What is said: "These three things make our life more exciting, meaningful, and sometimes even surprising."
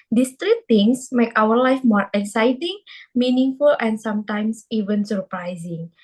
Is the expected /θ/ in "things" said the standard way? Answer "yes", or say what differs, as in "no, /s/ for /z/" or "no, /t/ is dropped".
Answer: no, /t/ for /θ/